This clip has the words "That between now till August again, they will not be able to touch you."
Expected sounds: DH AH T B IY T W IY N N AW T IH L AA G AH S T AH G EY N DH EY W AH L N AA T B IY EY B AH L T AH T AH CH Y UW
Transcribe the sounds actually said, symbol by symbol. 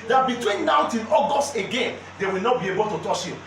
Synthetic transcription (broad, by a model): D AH T B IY T W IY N N AW T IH N AA G AH S T AH G EY N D EY W AH L N AA T B IY EY B AH L T AH T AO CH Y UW